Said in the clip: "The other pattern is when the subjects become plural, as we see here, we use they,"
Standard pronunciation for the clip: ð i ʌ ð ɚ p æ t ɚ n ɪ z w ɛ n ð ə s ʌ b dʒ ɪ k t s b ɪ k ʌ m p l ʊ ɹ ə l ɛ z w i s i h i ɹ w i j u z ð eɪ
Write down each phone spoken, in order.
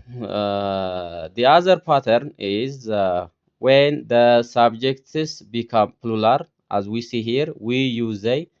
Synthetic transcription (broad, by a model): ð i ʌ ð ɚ p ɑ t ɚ n ɪ z w ɛ n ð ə s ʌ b dʒ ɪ k t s b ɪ k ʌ m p l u l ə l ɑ z w i s i h i ɹ w i j u z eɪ